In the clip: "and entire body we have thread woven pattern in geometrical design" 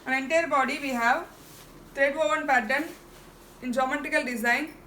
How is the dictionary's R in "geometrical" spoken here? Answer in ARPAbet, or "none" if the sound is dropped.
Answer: none